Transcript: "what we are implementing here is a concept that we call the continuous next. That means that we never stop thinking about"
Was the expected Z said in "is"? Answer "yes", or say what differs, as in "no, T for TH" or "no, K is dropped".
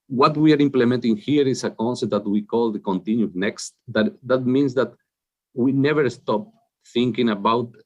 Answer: no, S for Z